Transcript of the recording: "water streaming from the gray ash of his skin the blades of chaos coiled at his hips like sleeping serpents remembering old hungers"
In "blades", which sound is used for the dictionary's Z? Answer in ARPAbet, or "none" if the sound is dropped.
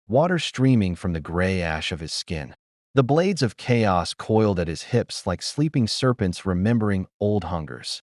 Z